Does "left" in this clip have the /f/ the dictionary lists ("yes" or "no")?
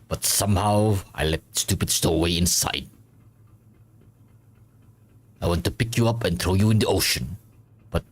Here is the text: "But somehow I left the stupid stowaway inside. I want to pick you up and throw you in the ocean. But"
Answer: no